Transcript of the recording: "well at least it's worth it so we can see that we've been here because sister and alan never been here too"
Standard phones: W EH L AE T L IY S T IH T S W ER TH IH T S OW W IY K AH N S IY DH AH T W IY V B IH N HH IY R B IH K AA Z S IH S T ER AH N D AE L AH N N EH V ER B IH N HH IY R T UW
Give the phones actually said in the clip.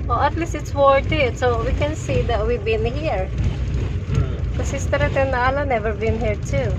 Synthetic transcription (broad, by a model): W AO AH T L IY S T IH T S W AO T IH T S OW W IY K AH N S IY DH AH T W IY B IH N HH IY R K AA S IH S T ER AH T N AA L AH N N EH V ER B IH N HH IY R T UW